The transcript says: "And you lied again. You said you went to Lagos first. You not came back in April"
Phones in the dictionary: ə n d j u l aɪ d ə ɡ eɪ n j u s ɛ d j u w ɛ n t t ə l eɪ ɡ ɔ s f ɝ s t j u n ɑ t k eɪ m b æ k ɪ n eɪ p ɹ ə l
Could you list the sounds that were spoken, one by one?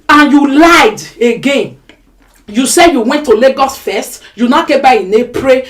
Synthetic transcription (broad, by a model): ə n j u l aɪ d ə ɡ eɪ n j u s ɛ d j u w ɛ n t t ə l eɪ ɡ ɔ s f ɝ s t j u n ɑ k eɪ b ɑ ɪ n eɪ p ɹ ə